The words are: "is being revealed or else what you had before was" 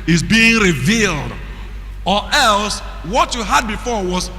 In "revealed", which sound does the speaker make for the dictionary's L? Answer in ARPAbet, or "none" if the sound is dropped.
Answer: L